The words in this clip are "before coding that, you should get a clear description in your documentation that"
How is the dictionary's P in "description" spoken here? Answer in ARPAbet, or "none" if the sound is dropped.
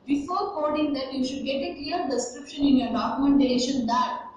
P